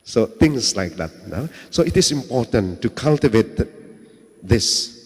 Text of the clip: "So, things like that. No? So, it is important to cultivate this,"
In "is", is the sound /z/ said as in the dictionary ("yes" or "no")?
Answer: no